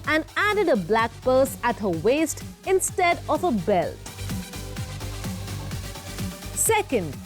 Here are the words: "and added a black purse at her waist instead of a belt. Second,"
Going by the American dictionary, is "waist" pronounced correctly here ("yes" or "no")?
yes